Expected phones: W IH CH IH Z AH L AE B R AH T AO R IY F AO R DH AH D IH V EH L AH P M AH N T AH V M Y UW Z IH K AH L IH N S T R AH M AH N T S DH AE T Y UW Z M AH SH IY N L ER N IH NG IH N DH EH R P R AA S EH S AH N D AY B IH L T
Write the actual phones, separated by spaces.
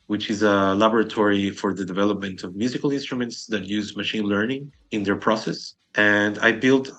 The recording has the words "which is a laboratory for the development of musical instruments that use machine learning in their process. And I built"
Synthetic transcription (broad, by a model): W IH CH IH Z AH L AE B R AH T AO R IY F AO R DH AH D IH V EH L AH P M AH N T AH V M Y UW Z IH K AH L IH N S T R AH M AH N T S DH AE T Y UW Z M AH SH IY N L ER N IH NG IH N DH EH R P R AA S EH S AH N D AY B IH L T